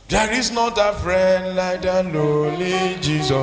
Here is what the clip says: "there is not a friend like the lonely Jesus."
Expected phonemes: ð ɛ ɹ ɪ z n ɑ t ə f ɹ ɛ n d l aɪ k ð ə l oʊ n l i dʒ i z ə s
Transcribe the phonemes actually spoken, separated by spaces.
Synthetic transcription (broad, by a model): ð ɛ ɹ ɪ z n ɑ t ə f ɹ ɛ n d l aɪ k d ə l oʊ l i dʒ i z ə